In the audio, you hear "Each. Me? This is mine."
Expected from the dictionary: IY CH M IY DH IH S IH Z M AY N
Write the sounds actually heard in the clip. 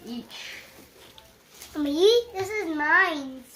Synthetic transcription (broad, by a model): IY CH M IY DH IH S IH Z M AY N